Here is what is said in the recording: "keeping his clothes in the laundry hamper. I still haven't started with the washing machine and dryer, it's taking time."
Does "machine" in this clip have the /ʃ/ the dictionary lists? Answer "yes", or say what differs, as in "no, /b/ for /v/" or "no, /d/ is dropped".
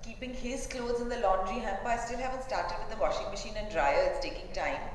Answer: yes